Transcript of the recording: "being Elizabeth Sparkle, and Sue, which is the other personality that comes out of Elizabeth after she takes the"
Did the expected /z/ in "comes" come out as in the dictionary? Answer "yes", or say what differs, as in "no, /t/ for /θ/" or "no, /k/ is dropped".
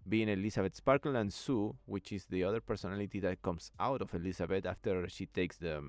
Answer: no, /s/ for /z/